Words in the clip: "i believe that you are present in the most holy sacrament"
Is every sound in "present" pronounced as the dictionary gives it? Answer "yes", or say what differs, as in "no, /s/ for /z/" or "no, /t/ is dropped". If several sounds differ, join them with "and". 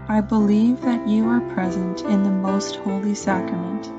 yes